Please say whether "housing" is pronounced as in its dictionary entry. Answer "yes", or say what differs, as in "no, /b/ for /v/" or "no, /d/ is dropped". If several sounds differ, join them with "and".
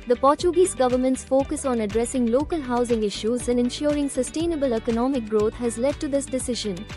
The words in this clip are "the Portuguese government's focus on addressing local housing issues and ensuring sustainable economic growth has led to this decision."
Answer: yes